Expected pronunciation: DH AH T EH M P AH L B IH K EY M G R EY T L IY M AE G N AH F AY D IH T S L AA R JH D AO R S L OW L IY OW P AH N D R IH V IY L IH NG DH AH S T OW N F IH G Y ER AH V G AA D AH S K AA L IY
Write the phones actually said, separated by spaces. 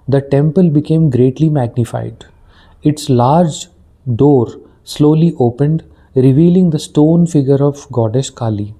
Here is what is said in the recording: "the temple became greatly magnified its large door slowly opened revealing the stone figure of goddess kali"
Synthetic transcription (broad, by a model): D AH T EH M P AH L B IH K EY M G R EY T L IY M AE G N AH F AY D IH T S L AA R JH D AO R S L OW L IY OW P AH N D R IH V IY L IH NG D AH S T OW N F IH G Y ER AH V G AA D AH SH K AA L IY